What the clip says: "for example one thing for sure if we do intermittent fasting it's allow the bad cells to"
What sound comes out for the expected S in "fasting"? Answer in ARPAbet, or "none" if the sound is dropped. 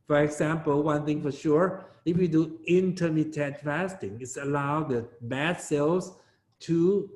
S